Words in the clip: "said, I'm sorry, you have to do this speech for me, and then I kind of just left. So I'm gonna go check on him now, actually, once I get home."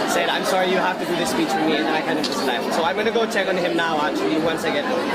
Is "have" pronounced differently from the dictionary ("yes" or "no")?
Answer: yes